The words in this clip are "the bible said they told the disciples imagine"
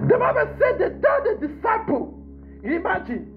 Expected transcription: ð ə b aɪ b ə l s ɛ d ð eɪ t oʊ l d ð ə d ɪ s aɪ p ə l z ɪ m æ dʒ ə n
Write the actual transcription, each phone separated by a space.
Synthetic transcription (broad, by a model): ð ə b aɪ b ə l s ɛ d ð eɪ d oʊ d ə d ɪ s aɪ p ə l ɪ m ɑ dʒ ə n